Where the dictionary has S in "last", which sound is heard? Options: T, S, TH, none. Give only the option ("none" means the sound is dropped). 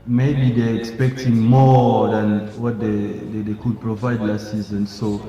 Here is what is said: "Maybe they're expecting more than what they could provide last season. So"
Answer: none